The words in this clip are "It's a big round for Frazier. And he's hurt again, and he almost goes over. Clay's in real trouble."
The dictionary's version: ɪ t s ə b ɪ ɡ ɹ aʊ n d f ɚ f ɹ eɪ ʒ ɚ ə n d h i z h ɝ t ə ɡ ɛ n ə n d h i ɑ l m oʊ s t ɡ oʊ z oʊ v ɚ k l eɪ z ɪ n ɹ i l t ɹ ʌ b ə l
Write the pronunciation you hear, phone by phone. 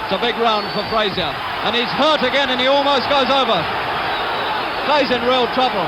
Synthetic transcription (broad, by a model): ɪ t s ə b ɪ ɡ ɹ aʊ n d f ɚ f ɹ eɪ z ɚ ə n i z h ɝ t ə ɡ ɛ n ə n i ɑ l m oʊ s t ɡ oʊ z oʊ v ɚ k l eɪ z ɪ n ɹ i l t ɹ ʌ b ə l